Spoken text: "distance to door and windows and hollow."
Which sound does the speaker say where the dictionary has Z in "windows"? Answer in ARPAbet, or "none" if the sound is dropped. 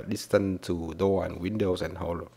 S